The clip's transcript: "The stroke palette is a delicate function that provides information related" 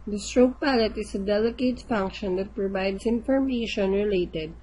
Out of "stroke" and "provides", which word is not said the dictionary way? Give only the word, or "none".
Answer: provides